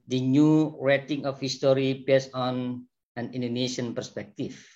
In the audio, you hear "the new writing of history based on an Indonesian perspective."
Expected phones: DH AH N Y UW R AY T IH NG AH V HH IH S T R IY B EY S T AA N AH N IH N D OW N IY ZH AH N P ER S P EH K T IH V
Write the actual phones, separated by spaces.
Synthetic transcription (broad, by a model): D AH N Y UW R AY T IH NG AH F HH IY S T R IY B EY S AA N AH N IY N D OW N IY SH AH N P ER S P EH K T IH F